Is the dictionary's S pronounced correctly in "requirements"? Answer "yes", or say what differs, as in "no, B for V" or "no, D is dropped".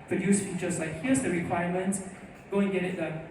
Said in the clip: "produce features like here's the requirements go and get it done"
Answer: no, S is dropped